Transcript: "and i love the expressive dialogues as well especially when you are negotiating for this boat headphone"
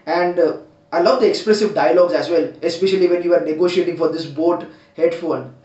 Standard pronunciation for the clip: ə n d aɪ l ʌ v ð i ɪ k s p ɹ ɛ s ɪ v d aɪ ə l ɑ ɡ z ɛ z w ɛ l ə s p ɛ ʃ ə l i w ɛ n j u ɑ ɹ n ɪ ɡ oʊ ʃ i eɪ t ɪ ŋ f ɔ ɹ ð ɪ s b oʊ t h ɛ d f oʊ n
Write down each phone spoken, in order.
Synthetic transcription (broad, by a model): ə n d aɪ l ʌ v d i ɪ k s p ɹ ɛ s ɪ v d aɪ ə l ɑ ɡ z ɛ z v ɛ l ə s p ɛ ʃ ə l i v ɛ n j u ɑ ɹ n ɪ ɡ oʊ ʃ i eɪ t ɪ ŋ f ɔ ɹ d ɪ s b oʊ t h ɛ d f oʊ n